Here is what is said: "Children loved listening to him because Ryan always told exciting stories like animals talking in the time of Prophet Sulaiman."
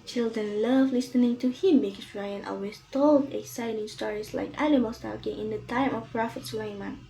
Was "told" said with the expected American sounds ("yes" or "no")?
yes